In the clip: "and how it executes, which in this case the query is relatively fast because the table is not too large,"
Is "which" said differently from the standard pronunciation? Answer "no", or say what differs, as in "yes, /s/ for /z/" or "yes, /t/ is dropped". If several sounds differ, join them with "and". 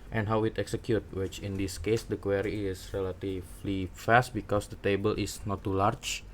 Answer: no